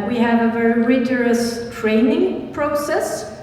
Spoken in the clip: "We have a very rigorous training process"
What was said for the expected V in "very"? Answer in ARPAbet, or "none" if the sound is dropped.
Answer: V